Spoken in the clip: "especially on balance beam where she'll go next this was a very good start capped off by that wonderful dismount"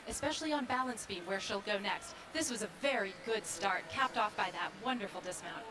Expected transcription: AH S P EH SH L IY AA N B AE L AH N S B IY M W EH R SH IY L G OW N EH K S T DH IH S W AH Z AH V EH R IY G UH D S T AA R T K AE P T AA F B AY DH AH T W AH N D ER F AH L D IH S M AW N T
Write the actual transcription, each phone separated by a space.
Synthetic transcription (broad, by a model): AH S P EH SH L IY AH N B AE L AH N S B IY W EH R SH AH L G OW N EH K S T DH IH S W AH Z AH V EH R IY G UH D S T AA R T K AE P T AA F B AY DH AH T W AH N D ER F L D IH S M AW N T